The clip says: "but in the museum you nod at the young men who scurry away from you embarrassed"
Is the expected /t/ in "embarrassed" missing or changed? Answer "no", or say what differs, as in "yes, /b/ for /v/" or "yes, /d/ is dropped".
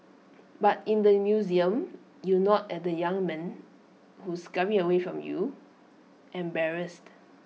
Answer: no